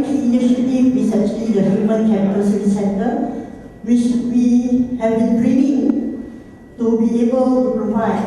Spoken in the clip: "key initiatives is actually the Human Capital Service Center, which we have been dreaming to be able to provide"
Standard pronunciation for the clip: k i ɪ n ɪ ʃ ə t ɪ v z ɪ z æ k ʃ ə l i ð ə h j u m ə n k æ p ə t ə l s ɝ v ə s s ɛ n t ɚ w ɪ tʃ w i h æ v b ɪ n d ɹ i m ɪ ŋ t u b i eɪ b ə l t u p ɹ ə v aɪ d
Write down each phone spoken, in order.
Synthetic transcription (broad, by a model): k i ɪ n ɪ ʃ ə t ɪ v ɪ s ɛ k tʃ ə l i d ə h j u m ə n k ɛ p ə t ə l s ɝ ə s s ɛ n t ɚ w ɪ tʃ w i h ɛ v b ɪ n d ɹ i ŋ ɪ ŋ t u b i eɪ b ə l t u p ɹ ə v aɪ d